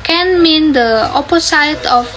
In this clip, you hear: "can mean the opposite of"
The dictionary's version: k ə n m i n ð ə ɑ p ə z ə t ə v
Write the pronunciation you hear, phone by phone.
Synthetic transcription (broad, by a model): k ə n m i n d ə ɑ p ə s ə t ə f